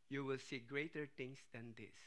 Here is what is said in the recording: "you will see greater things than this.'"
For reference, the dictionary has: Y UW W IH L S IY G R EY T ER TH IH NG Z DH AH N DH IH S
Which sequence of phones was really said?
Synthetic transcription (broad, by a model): Y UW W IH L S IY G R EY T ER T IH NG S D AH N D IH S